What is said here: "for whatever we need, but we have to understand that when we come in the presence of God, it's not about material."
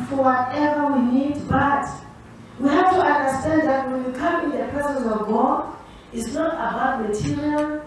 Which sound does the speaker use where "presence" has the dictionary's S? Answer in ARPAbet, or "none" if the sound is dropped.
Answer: none